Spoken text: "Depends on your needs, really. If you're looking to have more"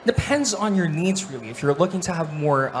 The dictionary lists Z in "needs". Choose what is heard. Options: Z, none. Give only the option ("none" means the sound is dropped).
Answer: Z